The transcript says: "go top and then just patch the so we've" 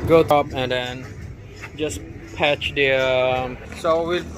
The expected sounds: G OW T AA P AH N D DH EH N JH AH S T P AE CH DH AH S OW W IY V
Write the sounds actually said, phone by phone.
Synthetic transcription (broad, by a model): G OW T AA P AH N D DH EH N JH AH S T P AE CH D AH S OW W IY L